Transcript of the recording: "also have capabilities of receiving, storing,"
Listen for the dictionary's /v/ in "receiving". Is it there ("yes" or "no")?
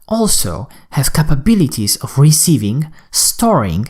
yes